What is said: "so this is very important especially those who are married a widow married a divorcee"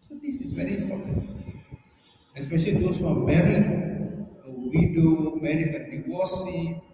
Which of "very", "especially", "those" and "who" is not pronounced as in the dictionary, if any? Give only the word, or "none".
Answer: those